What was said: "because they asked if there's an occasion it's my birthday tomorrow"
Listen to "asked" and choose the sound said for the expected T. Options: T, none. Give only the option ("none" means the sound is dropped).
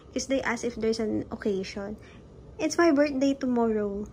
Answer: none